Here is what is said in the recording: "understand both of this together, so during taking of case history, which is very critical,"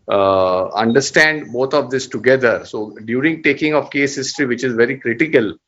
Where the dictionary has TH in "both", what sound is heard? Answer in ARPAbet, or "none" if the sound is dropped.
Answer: T